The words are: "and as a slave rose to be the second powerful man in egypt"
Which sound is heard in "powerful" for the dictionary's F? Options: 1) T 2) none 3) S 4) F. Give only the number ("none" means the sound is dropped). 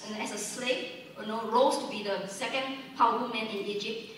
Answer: 2